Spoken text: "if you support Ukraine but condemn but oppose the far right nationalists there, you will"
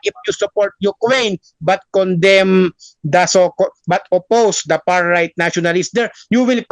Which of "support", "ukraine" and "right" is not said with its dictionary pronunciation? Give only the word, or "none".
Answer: ukraine